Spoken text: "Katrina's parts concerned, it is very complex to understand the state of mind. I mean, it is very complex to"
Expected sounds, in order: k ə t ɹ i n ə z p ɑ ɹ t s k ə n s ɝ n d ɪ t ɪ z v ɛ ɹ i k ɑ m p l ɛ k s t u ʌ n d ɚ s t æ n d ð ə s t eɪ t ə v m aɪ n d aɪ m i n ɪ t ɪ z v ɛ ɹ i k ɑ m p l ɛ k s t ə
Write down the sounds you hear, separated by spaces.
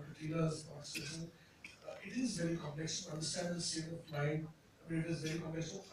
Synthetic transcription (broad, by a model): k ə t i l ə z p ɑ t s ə s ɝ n ɪ t ɪ z v ɛ ɹ i k ɑ m p l ɛ k s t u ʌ n d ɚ s t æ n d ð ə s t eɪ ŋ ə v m aɪ n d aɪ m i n ɪ t ɪ z v ɛ ɹ i k ɑ m p l ɛ k s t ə